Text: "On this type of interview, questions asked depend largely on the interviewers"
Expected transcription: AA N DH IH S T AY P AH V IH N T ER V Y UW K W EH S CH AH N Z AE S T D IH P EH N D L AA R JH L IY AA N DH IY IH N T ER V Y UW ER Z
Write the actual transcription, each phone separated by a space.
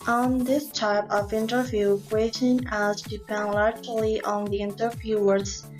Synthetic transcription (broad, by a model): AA N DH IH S T AY P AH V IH N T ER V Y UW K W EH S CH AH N AE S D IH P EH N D L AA R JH L IY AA N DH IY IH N T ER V Y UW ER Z